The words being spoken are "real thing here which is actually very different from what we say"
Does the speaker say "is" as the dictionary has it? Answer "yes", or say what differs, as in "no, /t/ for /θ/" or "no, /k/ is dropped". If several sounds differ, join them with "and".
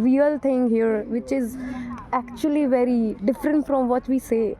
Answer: yes